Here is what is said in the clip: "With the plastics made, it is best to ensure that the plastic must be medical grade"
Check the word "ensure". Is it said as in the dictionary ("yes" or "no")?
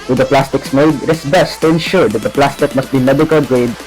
yes